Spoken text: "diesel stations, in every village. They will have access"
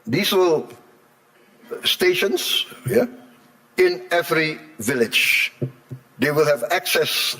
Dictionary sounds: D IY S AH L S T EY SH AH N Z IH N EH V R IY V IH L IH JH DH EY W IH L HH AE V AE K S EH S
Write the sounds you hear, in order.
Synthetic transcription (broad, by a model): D IY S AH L S T EY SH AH N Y IH N EH V R IY V IH L IH JH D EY W IH L HH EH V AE K S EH S